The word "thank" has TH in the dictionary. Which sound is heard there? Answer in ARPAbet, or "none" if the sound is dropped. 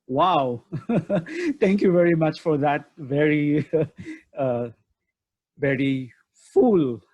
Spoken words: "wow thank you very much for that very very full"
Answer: T